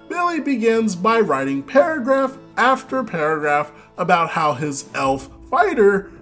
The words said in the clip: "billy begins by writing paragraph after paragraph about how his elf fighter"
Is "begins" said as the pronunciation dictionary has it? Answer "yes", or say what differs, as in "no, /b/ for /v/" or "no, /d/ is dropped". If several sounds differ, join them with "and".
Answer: yes